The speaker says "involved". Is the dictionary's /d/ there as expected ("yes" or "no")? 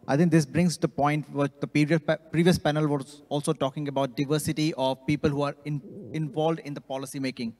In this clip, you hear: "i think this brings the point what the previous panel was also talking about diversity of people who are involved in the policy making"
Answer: yes